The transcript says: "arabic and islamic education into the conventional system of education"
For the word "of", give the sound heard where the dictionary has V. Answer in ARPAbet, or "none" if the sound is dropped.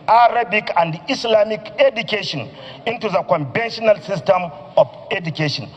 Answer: F